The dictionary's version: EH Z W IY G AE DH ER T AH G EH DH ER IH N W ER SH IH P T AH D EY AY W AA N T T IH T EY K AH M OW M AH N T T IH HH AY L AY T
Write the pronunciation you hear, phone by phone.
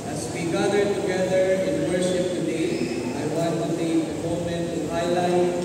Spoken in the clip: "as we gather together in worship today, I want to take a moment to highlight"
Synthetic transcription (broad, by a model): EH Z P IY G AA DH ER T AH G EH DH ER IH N W ER SH IH P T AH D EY AY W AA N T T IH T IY AH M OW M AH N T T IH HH AY L AY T